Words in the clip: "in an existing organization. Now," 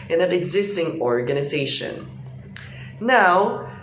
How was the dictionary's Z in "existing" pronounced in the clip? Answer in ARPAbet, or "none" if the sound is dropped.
Z